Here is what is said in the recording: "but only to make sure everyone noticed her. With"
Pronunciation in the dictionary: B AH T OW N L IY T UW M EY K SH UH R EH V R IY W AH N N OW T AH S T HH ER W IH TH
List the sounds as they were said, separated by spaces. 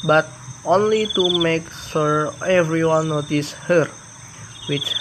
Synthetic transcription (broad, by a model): B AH T OW N L IY T UW M EY K S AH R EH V R IY W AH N N OW T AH S HH ER W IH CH